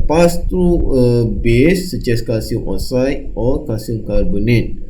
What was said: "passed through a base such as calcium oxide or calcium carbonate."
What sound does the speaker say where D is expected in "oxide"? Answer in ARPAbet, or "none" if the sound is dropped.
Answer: none